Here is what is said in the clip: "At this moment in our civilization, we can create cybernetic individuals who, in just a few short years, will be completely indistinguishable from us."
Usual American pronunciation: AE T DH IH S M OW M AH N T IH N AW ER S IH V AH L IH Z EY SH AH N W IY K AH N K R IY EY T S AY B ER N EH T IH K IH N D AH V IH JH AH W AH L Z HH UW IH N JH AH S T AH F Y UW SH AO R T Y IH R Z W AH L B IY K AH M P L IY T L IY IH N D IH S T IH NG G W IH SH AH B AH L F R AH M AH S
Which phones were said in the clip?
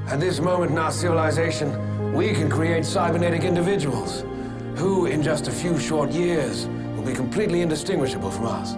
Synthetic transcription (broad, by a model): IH T DH IH S M OW M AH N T IH N AW ER S IH V AH L IH Z EY SH AH N W IY K AH N K R IY EY T S AY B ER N EH T IH K IH N D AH V IH JH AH W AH L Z HH UW IH N JH AH S T AH F Y UW SH AO R T Y IH R Z W AH L B IY K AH M P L IY T L IY IH N D IH S T IH NG G W IH SH AH B AH L F R AH M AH S